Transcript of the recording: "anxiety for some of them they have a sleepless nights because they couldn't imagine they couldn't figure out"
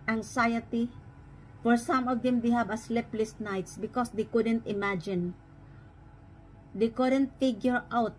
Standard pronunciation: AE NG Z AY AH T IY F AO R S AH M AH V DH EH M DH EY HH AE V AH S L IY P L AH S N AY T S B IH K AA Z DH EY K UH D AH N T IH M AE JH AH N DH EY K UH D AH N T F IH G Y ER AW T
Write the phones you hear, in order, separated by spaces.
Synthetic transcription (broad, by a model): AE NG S AY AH T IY F AO R S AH M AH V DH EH M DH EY HH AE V AH S L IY P L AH S N AY T S B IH K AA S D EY K UH D AH N T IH M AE JH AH N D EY K UH D AH N T F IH G Y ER AW T